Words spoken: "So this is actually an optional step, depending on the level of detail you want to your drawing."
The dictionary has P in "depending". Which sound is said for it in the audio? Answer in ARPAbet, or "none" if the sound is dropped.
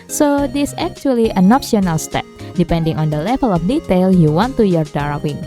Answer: P